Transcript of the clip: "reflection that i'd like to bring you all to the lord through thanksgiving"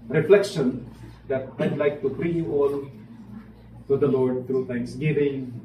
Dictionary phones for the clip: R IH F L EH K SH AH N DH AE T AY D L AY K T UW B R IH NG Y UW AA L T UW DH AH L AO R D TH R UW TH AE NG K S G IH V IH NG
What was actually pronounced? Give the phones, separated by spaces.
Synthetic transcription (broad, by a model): R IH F L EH K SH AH N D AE T AY D L AY K T UW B R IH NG Y UW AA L T UW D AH L AO R D T R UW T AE NG K S G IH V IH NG